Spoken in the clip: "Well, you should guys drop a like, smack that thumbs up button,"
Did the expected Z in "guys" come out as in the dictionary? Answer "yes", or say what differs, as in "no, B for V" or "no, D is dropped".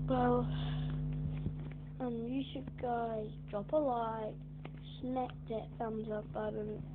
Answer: no, Z is dropped